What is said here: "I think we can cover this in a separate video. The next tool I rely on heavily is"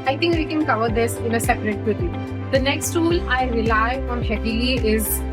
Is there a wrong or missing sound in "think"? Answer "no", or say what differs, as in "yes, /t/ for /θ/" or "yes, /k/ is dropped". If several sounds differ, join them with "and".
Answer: yes, /t/ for /θ/